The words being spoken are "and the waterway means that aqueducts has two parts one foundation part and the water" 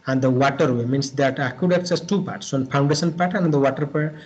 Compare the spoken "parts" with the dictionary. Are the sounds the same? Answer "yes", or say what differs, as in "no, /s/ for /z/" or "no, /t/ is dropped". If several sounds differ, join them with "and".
yes